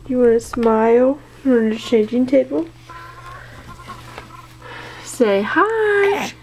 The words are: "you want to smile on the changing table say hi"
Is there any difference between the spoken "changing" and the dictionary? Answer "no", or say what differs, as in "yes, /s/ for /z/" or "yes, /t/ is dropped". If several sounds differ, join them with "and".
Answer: yes, /n/ is dropped